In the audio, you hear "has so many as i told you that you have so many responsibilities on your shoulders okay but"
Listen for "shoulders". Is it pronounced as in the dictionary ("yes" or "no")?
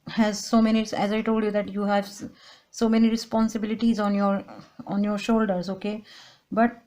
yes